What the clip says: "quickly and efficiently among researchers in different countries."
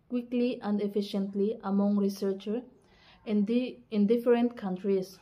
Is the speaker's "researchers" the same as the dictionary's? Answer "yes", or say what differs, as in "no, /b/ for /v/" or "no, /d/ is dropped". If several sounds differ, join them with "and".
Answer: no, /z/ is dropped